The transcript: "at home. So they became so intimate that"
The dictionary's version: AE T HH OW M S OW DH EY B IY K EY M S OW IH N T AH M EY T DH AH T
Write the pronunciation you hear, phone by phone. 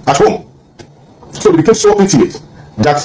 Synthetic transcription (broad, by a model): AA T HH OW M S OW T B IY K EY M S OW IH T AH EY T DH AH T